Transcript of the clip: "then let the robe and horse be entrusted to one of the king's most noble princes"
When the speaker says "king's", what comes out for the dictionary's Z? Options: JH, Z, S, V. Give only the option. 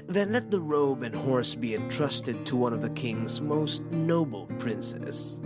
Z